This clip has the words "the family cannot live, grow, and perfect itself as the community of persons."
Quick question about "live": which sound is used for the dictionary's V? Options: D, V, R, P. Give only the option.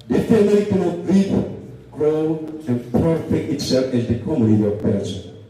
P